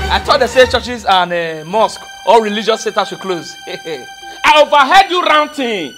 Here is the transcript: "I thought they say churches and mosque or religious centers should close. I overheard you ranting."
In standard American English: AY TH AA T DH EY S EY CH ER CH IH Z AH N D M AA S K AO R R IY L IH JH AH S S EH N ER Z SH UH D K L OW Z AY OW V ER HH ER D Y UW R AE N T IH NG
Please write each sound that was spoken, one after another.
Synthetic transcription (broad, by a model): AY T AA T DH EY S EY CH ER CH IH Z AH N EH M AA S K AO L R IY L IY JH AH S S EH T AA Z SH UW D K L OW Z AY OW V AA HH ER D Y UW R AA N T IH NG